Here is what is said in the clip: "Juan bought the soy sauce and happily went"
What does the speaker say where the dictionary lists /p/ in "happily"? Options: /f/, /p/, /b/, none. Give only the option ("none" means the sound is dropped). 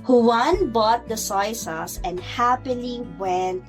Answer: /p/